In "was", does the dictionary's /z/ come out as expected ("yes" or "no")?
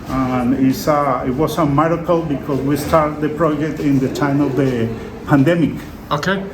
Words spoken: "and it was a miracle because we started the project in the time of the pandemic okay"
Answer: no